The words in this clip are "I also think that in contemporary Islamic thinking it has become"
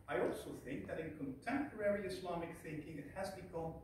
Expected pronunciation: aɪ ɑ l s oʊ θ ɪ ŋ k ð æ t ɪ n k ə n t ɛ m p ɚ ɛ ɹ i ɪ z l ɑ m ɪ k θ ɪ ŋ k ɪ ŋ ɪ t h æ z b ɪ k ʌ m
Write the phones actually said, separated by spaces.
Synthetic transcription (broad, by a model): aɪ ɑ l s oʊ θ ɪ ŋ k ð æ t ɪ n k ə n t ɛ m p ɚ ɛ ɹ i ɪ s l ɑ m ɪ k θ ɪ ŋ k ɪ ŋ ɪ t h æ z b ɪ k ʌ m